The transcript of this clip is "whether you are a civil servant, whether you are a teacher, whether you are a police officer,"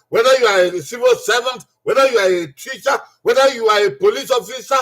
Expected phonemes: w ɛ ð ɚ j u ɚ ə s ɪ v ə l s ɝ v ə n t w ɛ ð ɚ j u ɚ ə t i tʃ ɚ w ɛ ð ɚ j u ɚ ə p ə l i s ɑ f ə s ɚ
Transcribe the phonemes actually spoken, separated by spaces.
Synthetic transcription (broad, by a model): w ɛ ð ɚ j u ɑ ə s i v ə l s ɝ v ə n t w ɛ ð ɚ j u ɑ ə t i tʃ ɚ w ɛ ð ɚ j u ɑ ə p ə l i s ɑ f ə s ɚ